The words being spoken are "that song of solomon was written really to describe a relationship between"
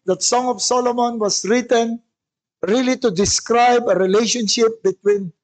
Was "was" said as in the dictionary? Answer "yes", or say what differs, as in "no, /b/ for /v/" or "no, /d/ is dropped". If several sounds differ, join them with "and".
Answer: no, /s/ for /z/